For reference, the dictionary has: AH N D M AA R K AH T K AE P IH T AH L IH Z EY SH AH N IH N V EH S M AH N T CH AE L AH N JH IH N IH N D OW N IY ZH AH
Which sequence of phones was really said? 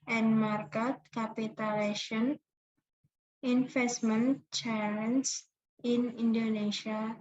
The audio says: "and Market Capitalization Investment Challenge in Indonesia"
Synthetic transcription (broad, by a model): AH N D M AA R K AH T K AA P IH T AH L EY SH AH N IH N F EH S M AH N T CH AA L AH N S IH N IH N D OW N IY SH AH